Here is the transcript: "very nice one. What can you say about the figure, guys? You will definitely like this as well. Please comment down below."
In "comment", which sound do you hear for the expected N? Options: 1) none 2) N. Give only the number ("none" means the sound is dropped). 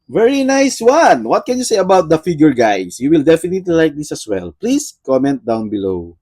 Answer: 2